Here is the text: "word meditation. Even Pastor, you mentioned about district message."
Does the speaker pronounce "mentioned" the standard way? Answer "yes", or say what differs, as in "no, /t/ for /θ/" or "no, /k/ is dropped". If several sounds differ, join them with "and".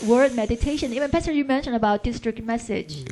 no, /d/ is dropped